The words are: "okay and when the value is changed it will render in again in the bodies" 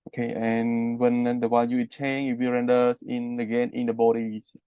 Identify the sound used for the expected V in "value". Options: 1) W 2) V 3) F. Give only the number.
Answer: 1